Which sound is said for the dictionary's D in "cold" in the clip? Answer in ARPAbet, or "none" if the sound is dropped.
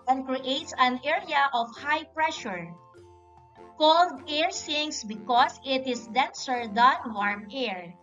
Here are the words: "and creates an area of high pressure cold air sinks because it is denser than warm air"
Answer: D